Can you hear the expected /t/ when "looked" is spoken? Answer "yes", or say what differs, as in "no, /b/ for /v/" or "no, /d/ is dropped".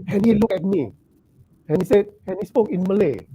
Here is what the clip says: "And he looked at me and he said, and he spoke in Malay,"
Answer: no, /t/ is dropped